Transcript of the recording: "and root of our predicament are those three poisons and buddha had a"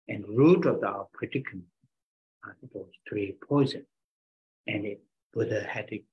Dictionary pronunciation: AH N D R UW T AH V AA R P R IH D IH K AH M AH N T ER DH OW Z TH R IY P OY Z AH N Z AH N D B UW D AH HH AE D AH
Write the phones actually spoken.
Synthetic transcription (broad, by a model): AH N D R UW T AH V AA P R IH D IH K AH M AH T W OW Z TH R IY P OY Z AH N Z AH N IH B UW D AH HH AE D